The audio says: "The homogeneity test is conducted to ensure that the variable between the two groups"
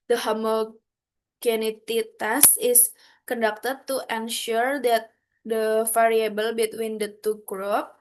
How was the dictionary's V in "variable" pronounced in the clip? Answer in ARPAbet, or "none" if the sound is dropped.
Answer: F